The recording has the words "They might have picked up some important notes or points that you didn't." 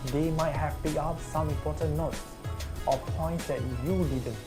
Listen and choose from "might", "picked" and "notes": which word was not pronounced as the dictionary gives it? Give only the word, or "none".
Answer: picked